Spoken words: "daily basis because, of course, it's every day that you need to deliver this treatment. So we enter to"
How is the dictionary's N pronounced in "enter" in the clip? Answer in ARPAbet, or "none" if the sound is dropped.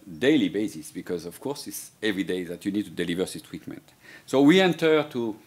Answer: N